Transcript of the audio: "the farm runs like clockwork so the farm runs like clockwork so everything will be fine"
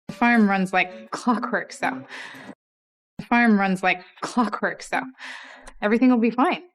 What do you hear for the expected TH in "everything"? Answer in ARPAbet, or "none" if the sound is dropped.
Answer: TH